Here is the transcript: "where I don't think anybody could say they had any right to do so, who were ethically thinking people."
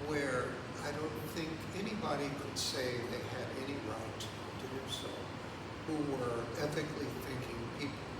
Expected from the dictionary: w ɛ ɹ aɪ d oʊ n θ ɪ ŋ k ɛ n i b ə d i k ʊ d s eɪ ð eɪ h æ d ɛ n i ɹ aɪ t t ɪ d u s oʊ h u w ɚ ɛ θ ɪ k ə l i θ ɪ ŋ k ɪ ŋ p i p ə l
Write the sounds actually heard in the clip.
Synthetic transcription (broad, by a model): w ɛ ɹ aɪ d oʊ n θ ɪ ŋ k ɛ n i b ə d i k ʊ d s eɪ ð eɪ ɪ d ɛ n i ɹ aɪ t t ɪ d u s oʊ h u w ɚ ɛ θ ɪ k l i θ ɪ ŋ k ɪ ŋ p i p